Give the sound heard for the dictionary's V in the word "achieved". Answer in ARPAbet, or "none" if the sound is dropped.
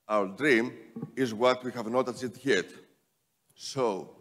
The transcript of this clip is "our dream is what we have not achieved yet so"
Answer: none